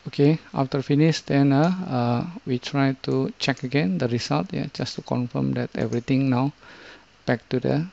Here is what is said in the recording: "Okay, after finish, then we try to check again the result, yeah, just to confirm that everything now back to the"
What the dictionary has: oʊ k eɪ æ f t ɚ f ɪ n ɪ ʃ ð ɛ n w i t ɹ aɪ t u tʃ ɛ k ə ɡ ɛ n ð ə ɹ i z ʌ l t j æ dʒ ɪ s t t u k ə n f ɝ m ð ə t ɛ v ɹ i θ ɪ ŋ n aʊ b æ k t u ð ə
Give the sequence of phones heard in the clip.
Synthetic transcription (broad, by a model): oʊ k eɪ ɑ f t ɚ f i n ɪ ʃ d ɛ n w i t ɹ aɪ t u tʃ ɛ k ə ɡ ɛ n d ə ɹ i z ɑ l t j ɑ dʒ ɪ s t t u k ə n f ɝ m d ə t ɛ v ɹ i t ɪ ŋ n aʊ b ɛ k t u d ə